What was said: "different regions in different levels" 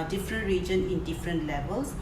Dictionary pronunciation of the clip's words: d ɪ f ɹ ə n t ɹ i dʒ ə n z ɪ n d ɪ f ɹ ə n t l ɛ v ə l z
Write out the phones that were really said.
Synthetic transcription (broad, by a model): d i f ɹ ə n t ɹ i dʒ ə n ɪ n d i f ɹ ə n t l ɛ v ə l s